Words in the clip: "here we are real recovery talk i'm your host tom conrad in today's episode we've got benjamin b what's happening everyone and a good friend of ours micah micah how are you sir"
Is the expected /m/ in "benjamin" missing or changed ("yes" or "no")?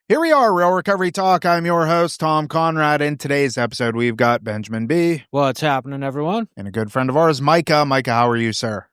no